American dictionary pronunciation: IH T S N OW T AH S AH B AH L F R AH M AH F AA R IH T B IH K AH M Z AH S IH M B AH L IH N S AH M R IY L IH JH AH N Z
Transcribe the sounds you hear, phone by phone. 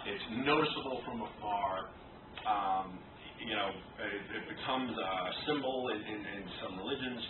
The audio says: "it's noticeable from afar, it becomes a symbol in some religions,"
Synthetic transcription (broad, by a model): IH T S N OW T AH S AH B L F R AH M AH F AA R IH T B IH K AH M Z AH S IH M B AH N IH N S AH M R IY L IH JH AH N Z